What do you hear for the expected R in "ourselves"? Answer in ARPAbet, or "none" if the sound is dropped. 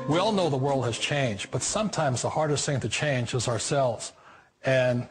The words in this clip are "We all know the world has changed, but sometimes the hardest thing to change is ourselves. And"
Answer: R